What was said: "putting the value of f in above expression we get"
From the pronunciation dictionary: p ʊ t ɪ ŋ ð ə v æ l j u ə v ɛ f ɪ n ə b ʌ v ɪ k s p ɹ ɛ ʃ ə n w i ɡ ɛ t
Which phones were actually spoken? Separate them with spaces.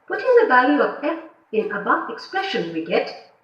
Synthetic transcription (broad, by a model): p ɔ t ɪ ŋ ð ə v æ l j u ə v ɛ p ɪ n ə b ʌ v ɪ k s p ɹ ɛ ʃ ə n w i ɡ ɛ t